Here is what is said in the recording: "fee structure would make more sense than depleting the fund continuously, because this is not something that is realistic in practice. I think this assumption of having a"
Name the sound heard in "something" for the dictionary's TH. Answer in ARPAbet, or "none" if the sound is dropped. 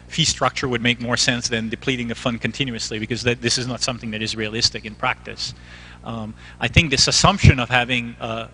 TH